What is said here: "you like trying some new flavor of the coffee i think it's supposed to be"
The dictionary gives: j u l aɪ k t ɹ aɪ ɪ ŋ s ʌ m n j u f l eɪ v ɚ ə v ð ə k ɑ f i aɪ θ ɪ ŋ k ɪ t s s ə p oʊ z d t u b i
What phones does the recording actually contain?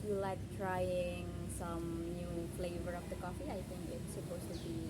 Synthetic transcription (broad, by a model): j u l aɪ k t ɹ aɪ ɪ ŋ s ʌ m n j u f l eɪ v ɚ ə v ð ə k ɑ f i aɪ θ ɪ ŋ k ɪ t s s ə p oʊ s t u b i